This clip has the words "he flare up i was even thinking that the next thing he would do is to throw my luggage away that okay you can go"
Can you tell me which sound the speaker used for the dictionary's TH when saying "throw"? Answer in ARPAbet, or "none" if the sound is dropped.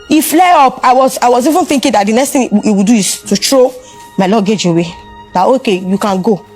T